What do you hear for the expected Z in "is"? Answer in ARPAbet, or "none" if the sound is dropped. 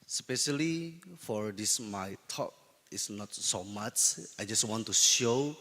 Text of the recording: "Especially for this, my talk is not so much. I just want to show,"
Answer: S